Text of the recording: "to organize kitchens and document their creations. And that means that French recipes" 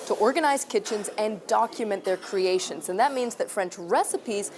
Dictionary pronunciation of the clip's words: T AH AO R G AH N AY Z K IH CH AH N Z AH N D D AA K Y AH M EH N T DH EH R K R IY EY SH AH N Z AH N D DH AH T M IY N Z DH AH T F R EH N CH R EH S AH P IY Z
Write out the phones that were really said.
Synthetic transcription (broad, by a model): T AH AO R G AH N AY Z K IH CH AH N Z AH N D D AA K Y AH M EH N DH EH R K R IY EY SH AH N Z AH N DH AH T M IY N Z DH AH T F R EH N CH R EH S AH P IY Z